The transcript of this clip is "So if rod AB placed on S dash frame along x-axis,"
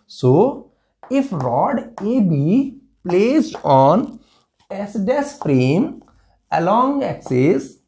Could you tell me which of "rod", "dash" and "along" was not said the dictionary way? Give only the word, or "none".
dash